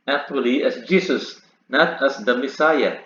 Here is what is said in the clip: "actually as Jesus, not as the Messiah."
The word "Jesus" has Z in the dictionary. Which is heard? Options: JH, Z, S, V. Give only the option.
S